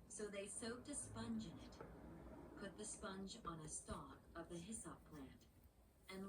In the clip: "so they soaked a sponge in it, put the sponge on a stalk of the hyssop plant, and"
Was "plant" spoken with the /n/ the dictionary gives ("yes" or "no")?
yes